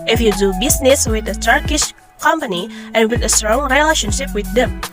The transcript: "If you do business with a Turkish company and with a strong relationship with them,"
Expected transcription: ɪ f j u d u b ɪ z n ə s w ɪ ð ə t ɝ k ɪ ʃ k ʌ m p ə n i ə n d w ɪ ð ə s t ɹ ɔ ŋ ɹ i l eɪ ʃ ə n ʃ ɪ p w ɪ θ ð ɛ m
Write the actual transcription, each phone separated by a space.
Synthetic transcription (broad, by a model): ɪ f j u d u b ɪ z n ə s w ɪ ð ə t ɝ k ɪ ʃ k ʌ m p ə n i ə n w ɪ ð ə s t ɹ ɔ ŋ ɹ i l eɪ ʃ ə n ʃ ɪ p w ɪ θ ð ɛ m